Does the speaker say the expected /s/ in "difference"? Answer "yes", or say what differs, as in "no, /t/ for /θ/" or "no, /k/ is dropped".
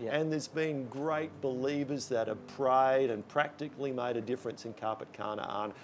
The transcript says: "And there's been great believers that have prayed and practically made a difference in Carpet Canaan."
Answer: yes